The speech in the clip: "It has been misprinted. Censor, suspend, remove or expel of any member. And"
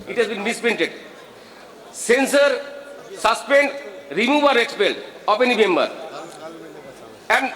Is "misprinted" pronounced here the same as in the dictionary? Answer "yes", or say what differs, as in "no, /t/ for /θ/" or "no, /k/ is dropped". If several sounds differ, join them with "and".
no, /ɹ/ is dropped